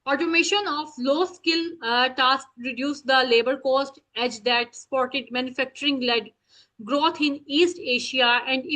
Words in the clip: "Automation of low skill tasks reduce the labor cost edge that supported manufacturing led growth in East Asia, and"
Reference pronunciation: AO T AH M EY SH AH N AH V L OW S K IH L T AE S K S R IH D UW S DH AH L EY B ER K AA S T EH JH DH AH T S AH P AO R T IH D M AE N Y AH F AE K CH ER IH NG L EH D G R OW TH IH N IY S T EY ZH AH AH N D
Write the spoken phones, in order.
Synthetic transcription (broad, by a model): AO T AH M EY SH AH N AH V L OW S K IH L T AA S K R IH D UW S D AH L EY B ER K AA S T EH JH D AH T S P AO R T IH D M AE N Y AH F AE K CH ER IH NG L EH D G R OW T IH N IY S T EY SH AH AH N D